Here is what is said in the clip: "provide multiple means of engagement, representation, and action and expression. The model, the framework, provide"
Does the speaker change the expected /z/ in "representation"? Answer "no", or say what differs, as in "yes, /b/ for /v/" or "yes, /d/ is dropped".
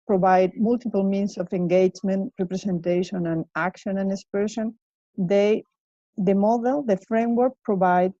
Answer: yes, /s/ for /z/